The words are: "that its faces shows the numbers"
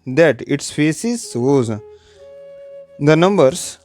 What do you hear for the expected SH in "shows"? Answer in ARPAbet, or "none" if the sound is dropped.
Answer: S